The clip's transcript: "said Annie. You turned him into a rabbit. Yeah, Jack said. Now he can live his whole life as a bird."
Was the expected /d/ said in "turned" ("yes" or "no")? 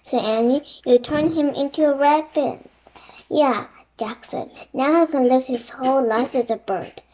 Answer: no